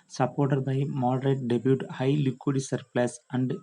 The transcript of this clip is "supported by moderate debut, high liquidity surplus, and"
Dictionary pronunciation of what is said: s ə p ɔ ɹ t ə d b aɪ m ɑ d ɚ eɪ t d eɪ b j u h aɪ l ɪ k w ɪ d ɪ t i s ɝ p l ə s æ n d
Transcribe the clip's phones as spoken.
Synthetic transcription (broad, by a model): s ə p ɔ ɹ t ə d b aɪ m ɑ d ɚ eɪ t d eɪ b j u h aɪ l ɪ k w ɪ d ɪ s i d p l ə s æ n d